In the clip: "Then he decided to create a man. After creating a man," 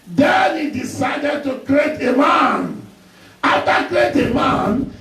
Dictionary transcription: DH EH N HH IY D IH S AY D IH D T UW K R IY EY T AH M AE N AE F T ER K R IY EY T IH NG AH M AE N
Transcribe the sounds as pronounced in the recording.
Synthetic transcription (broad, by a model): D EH N HH IY D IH S AY D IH D T UW K R IY EY T AH M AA N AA T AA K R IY EY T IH M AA N